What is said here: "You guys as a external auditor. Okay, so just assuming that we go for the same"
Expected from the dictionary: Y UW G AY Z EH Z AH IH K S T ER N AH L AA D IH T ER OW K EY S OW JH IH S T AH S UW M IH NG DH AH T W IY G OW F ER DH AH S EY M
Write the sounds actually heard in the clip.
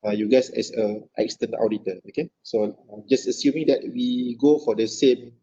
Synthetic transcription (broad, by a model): Y UW G AY S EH S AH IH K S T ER N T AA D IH T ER OW K EY S OW JH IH S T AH S UW M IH NG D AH T W IY G OW F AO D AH S EY M